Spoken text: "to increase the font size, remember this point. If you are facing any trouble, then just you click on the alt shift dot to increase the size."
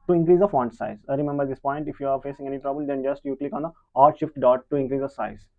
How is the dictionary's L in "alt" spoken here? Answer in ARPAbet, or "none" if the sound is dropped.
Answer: none